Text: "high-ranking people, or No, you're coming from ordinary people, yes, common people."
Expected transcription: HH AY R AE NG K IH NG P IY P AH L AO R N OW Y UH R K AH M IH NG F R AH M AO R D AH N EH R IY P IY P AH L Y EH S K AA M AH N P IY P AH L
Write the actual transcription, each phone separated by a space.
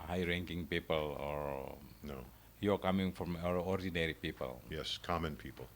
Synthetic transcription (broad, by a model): HH AY R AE NG K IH NG P IY P AH L AO R N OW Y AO K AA M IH NG F R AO M AO R D AH N EH R IY P IY P AH L Y EH S K AA M AH N P IY P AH L